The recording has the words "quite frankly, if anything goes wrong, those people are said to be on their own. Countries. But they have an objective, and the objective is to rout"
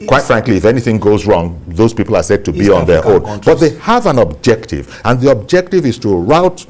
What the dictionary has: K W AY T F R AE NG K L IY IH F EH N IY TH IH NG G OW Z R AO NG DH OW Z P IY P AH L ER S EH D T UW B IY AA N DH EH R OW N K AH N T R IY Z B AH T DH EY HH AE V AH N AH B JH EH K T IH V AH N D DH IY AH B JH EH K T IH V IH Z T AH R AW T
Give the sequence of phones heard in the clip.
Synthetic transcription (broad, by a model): K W AY T F R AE NG K L IY IH F EH N IY TH IH NG G OW Z R AO NG DH OW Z P IY P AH L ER S EH D T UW B IY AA N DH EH R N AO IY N B AH T DH EY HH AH V AH N AH B JH EH K T IH V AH N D DH IY AH B JH EH K T IH V IH Z T AH R AW T